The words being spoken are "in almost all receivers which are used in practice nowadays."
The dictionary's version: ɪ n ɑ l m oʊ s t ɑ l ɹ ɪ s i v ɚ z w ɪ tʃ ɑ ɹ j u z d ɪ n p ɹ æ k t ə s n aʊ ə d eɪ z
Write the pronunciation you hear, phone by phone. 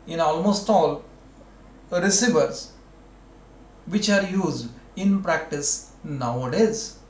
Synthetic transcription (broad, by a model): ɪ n ɑ l m oʊ s t ɑ l ɹ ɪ s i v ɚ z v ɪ tʃ ɑ ɹ j u z d ɪ n p ɹ æ k t ə s n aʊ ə d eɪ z